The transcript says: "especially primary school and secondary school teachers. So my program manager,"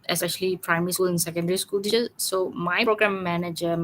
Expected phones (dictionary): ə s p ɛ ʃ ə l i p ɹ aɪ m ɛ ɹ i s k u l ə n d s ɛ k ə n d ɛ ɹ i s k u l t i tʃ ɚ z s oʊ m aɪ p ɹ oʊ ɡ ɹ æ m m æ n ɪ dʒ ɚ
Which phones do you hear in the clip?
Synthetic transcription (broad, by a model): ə s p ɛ ʃ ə l i p ɹ aɪ m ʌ ɹ i s k u l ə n s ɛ k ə n d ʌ ɹ i s k u l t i ɚ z s oʊ m aɪ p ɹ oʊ ɡ ɹ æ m m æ n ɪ dʒ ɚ